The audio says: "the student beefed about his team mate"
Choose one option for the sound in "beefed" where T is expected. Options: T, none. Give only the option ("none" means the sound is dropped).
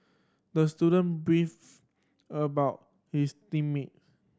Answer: none